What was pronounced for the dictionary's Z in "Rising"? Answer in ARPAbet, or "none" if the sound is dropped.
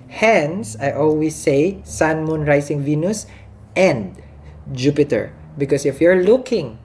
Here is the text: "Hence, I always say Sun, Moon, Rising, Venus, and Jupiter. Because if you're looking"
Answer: S